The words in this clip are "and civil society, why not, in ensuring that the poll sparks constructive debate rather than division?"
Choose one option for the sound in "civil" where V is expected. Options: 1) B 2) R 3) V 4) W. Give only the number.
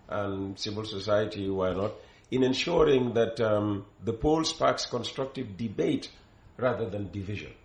3